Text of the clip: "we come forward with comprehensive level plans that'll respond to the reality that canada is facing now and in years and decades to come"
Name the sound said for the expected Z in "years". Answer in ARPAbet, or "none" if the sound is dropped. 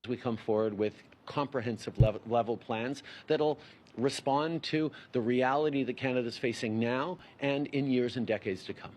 Z